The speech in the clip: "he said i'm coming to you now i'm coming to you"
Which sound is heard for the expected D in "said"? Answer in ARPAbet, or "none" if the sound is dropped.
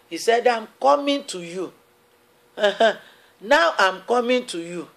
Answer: D